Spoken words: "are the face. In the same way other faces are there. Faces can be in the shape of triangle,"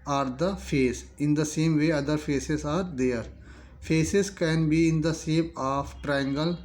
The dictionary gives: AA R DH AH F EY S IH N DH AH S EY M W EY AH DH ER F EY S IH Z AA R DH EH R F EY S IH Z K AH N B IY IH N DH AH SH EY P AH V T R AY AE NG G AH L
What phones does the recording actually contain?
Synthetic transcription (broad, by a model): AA R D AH F EY S IH N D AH S EY M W EY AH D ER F EY S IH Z AA R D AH R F EY S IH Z K AH N B IY IH N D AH S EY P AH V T R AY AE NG G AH L